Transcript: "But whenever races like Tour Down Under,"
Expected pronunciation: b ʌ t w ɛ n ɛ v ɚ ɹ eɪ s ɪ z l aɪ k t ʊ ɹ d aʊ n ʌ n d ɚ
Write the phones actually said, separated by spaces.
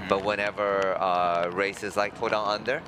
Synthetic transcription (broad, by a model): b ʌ t w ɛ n ɛ v ɚ ɹ eɪ s ɪ z l aɪ k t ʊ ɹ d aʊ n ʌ n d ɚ